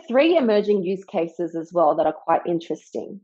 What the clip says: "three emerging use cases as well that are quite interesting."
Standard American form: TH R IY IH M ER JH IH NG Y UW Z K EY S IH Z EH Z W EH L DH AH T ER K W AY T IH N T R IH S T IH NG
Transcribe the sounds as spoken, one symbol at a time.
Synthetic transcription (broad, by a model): TH R IY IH M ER JH IH NG Y UW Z K EY S IH Z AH Z W EH L DH AH T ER K W AY T IH N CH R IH S T IH NG